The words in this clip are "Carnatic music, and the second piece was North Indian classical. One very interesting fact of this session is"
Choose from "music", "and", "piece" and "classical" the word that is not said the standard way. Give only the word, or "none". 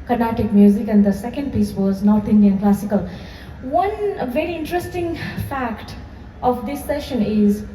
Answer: none